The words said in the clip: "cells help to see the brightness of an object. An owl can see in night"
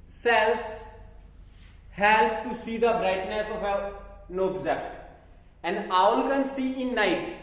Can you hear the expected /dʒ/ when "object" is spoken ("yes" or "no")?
no